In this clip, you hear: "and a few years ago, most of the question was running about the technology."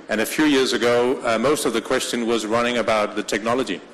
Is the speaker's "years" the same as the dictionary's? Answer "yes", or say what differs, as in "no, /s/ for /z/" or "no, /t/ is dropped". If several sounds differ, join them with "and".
yes